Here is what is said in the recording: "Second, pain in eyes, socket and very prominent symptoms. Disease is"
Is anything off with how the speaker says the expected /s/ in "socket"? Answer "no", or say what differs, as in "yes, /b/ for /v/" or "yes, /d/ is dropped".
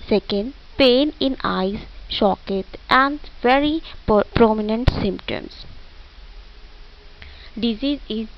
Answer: yes, /ʃ/ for /s/